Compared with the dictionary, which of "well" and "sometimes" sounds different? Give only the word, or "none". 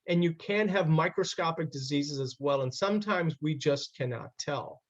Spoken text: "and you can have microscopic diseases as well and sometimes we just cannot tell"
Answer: none